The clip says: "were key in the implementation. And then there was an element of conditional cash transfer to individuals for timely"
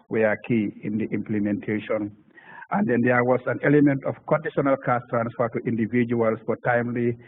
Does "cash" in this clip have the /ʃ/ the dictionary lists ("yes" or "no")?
no